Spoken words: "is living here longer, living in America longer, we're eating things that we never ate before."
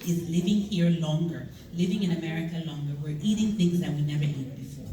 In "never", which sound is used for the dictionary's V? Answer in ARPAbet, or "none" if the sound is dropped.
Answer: V